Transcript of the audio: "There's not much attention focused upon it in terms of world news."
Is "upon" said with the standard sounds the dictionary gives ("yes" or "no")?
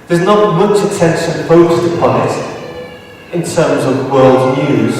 yes